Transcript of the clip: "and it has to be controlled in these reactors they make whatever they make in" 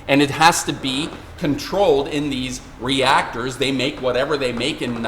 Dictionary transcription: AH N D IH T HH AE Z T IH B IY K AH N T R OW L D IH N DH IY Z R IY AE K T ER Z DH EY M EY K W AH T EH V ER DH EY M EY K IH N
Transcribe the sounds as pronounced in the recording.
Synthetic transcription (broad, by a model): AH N IH T HH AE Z T IH B IY K AH N T R OW L D IH N DH IY Z R IY AE K T ER Z DH EY M EY K W AH T EH V ER DH EY M EY K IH N